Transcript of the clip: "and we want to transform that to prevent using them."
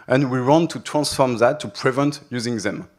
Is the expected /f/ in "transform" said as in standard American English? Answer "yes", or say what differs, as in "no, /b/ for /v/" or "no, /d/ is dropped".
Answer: yes